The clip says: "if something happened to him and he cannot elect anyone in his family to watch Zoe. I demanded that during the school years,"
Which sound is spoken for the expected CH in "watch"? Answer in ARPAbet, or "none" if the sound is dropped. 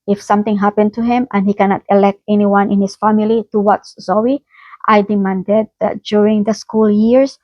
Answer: S